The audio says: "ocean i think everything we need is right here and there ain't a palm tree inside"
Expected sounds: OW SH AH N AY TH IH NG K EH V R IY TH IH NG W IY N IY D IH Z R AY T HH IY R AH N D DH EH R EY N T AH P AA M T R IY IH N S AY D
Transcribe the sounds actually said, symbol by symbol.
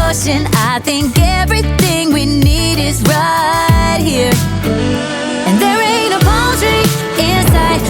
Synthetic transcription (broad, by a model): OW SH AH N AY TH IH NG K EH V R IY TH IH NG W IY N IY D IH Z R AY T HH IY R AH N DH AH R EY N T AH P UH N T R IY IH N S AY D